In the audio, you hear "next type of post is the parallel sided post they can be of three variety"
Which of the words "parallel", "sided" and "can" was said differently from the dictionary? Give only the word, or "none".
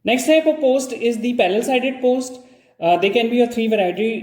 parallel